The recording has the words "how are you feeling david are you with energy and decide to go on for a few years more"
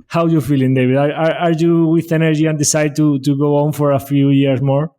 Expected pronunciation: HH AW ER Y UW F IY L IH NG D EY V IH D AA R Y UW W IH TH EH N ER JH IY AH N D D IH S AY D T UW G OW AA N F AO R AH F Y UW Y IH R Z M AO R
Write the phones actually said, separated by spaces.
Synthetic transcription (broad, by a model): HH AW Y UW F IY L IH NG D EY B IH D AA R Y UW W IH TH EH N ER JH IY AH N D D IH S AY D T UW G OW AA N F AO R AH F Y UW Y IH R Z M AO R